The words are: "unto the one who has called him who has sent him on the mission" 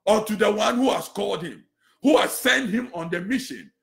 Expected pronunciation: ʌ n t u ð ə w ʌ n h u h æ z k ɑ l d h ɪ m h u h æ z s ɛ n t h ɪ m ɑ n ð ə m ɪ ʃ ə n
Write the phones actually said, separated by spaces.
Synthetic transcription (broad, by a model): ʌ t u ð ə w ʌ n h u h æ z k ɑ l d h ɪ m h u h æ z s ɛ n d h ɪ m ɑ n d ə m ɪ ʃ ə n